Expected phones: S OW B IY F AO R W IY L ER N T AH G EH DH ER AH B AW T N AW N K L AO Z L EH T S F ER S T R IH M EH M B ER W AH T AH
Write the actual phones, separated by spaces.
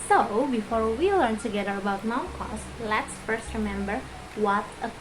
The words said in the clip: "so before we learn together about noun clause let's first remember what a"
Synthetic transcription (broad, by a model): S OW B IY F AO R W IY L ER N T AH G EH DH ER AH B AW T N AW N K AO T L EH T S F ER S T R IH M EH M B ER W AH T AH